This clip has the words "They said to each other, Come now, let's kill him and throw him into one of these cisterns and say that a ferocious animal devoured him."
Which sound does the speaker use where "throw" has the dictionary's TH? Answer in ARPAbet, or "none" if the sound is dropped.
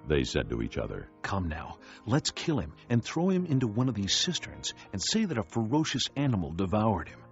TH